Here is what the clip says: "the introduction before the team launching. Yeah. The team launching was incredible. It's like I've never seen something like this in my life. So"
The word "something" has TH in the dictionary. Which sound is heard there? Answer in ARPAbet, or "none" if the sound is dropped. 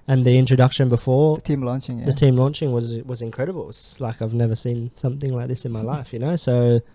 TH